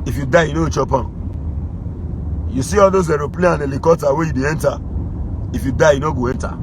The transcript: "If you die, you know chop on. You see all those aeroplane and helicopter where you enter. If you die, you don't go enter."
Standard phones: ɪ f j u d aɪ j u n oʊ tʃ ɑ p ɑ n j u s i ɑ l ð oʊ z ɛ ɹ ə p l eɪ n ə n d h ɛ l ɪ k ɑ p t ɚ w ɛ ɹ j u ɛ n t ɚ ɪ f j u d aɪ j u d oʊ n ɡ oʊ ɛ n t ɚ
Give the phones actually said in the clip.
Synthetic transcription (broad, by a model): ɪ f j u d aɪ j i n oʊ tʃ ɑ p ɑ j u s i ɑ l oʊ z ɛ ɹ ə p l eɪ ə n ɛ l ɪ k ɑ t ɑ w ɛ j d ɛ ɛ n t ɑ ɪ f j u d aɪ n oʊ ɡ oʊ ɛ n t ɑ